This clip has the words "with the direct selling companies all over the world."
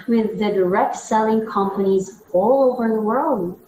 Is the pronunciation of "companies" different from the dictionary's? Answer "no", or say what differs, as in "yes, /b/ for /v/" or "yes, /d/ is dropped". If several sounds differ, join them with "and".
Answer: no